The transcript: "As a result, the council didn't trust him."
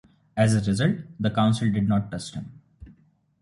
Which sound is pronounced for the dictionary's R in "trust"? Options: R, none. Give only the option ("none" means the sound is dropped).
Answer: none